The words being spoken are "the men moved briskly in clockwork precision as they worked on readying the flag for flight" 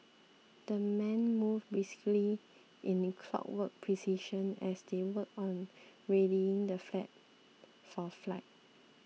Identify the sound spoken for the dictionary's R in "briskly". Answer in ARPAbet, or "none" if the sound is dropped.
none